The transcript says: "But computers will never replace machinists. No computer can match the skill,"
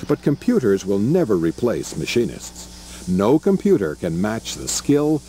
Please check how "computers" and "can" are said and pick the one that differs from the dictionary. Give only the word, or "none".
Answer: none